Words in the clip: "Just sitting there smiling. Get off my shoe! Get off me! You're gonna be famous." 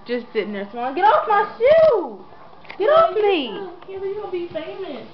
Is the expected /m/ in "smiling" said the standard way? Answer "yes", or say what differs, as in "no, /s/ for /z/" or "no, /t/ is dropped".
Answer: no, /m/ is dropped